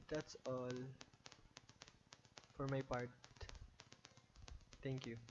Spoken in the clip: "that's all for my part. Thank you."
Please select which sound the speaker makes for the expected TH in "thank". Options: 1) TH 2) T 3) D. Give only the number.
2